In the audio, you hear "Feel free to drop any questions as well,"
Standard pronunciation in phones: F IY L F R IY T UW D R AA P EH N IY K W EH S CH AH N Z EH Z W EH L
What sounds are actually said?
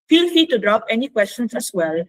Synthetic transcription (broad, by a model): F IY L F IY T UW D R AA P EH N IY K W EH S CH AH N S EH S W EH L